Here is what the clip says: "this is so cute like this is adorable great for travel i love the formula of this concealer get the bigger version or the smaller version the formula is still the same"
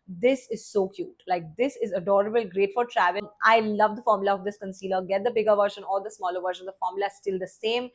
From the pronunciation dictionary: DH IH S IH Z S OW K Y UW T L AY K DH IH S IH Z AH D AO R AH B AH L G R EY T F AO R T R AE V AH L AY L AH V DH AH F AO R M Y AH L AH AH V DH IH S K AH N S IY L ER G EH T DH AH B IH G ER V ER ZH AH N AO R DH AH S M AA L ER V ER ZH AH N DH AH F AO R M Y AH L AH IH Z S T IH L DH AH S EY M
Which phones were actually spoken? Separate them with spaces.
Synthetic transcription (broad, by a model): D IH S IH Z S OW K Y UW T L AY K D IH S IH Z AH D AO R AH B AH L G R EY T F AO R T R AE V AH N AY L AH V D AH F AO R M Y AH L AH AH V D IH S K AH N S IY L ER G EH T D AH B IH G ER V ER SH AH N AO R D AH S M AA L ER V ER SH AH N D AH F AO R M Y AH L AH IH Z S T IH L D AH S EY M